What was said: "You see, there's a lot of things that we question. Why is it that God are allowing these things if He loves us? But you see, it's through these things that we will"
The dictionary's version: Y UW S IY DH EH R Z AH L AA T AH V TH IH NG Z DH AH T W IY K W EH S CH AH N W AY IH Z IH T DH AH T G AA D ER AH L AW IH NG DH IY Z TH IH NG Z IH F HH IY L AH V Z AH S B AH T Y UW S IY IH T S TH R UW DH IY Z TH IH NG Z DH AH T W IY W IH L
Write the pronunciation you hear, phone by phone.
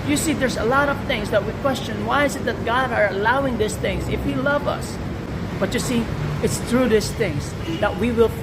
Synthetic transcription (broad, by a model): Y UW S IY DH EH R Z AH L AA T AH V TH IH NG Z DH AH T W IY K W EH S CH AH N W AY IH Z IH T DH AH T G AA D ER AH L AW IH NG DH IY S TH IH NG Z IH F HH IY L AH V AH S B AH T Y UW S IY IH T S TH R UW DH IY S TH IH NG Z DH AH T W IY W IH L